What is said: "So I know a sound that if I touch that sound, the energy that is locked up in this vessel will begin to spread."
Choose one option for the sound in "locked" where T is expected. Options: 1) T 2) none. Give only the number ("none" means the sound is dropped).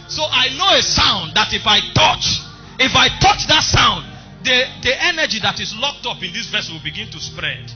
1